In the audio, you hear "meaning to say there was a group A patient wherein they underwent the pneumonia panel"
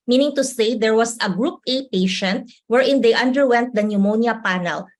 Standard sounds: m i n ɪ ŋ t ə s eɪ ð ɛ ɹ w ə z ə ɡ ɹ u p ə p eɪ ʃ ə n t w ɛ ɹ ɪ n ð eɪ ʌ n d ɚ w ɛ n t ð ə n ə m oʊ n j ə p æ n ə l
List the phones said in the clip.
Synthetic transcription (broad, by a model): m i n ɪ ŋ t ə s eɪ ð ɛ ɹ w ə s ə ɡ ɹ u p ə p eɪ ʃ ə n t w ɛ ɹ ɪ n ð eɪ ʌ n d ɚ w ɛ n t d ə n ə m oʊ n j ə p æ n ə l